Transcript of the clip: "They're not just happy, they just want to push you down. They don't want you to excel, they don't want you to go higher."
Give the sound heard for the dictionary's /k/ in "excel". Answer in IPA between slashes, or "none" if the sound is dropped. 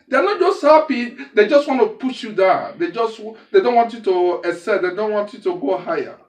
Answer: none